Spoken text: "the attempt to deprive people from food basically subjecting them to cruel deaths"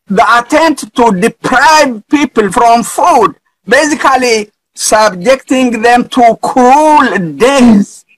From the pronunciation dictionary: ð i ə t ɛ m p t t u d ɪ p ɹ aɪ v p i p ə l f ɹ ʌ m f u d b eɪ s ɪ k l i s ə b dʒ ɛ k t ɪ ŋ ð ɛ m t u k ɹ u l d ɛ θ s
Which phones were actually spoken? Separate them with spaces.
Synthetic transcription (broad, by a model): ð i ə t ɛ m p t t u d ɪ p ɹ aɪ v p i p ə l f ɹ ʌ m f u d b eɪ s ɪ k l i s ə b dʒ ɛ k t ɪ ŋ ð ɛ m t u k u l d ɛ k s